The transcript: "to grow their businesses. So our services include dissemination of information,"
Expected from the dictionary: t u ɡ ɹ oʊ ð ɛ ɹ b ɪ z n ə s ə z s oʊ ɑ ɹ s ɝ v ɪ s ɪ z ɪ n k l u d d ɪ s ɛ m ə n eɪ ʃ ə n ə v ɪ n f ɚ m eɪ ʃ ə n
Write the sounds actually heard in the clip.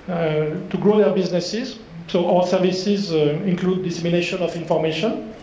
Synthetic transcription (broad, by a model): t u ɡ ɹ oʊ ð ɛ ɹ b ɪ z n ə s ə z s oʊ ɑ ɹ s ɝ v ɪ s ɪ z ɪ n k l u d d ɪ s ɛ m ə n eɪ ʃ ə n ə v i n f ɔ m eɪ ʃ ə n